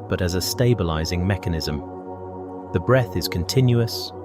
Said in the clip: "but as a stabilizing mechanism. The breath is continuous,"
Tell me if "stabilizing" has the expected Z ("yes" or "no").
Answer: yes